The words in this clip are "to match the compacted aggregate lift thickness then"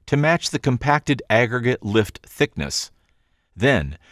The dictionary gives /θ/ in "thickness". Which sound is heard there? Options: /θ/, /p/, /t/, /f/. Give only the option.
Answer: /θ/